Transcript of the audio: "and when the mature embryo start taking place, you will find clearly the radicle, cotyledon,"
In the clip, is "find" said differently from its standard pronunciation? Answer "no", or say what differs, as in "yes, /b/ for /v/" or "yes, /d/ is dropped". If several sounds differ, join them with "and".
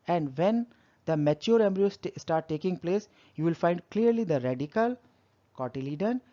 no